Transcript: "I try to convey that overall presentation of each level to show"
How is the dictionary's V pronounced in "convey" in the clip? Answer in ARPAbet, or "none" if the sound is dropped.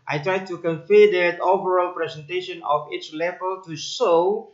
F